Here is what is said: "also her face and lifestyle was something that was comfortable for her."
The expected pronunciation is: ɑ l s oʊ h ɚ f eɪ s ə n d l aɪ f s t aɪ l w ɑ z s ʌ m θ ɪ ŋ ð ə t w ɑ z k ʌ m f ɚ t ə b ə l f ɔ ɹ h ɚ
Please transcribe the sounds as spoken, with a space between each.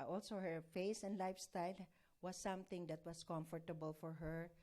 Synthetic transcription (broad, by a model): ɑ l s oʊ h ɚ f eɪ s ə n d l aɪ f s t aɪ l w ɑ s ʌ m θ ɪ ŋ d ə t w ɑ s k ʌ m f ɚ t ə b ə l f ɔ ɹ h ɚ